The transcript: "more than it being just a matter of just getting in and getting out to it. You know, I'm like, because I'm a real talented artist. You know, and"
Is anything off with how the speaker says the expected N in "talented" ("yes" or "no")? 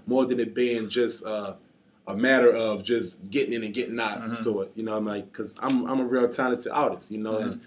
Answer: yes